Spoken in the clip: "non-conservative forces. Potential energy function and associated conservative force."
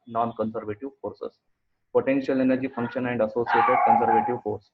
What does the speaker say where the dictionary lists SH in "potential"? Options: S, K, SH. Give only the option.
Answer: SH